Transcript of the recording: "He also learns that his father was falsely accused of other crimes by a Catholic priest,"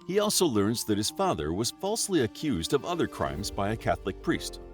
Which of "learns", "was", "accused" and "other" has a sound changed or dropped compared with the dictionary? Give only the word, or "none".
none